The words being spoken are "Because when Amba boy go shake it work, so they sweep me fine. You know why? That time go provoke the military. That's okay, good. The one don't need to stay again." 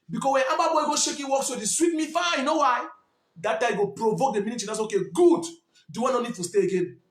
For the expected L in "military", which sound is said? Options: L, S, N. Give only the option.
N